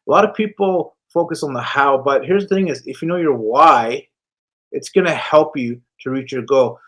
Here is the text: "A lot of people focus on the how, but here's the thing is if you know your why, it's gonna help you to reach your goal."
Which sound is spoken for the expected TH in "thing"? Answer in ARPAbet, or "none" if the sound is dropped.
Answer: TH